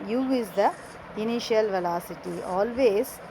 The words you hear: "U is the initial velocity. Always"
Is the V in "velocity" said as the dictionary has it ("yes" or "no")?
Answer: yes